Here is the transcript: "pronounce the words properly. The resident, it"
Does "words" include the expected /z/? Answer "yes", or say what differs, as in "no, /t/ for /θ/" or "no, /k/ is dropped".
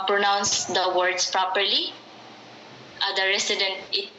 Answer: no, /s/ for /z/